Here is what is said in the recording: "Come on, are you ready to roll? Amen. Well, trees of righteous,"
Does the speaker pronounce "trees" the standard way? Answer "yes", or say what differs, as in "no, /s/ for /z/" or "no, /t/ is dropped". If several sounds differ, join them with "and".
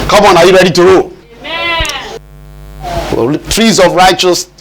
yes